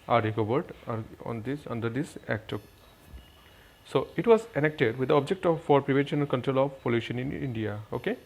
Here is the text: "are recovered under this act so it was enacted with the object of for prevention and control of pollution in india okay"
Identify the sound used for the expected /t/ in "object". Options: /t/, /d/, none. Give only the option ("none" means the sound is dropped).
/t/